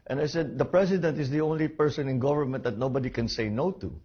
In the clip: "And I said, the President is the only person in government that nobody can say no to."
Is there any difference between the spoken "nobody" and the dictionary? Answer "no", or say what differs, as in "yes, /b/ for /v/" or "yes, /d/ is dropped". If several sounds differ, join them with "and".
no